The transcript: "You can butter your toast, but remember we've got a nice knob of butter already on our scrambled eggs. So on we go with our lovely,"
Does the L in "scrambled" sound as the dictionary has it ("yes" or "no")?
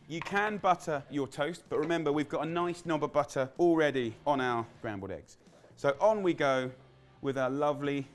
no